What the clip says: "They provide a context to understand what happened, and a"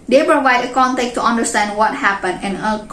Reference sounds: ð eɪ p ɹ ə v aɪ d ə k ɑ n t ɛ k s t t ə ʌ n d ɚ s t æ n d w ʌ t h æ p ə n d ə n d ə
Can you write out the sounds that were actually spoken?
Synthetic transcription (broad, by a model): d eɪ p ɹ ə v aɪ d ə k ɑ n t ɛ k t t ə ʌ n d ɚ s t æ n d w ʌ t h æ p ə n d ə n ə